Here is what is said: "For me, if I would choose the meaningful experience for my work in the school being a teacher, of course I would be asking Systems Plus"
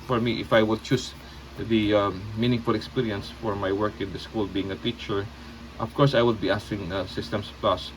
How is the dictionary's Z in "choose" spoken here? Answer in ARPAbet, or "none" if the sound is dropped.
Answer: S